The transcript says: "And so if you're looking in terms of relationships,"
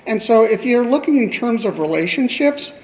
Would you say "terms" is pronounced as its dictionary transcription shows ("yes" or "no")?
yes